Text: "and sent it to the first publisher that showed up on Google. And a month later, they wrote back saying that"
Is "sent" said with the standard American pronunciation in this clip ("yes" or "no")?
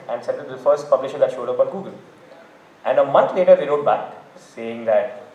no